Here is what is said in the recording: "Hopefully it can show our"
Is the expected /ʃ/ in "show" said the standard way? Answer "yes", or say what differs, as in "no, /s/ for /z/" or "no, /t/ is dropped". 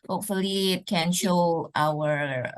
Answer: yes